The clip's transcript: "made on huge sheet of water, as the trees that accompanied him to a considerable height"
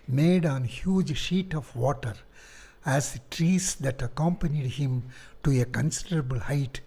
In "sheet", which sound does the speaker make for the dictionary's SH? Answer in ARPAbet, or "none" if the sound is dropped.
SH